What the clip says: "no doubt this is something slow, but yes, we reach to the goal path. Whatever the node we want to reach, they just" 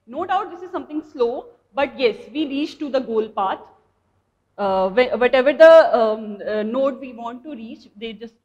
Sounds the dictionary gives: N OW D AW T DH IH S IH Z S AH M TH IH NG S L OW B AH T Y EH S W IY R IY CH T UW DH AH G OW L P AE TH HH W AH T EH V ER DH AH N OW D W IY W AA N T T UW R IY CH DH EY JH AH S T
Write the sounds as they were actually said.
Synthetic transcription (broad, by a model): N OW D AW T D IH S IH Z S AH M T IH NG S L OW B AH T Y EH S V IY R IY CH T UW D AH G OW L P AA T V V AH T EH V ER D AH N OW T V IY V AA N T T UW R IY CH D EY JH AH S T